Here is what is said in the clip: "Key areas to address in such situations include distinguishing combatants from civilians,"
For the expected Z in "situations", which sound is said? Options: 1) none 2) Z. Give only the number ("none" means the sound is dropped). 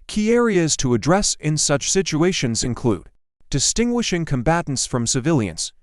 2